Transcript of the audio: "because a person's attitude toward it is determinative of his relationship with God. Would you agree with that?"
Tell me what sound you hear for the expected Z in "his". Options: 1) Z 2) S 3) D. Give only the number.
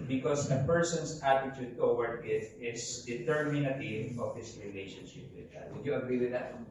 2